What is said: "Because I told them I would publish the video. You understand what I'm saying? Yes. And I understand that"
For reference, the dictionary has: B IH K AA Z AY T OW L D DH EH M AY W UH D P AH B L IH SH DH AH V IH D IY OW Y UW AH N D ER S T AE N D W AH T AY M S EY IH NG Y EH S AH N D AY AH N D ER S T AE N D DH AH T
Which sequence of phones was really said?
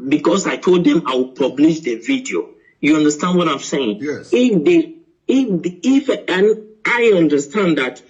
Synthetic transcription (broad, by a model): B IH K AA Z AY T OW L D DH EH M AY W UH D P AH B L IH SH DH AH V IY D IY OW Y UW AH N D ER S T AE N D W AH T AY M S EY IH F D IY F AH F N AY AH N D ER S T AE N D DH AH T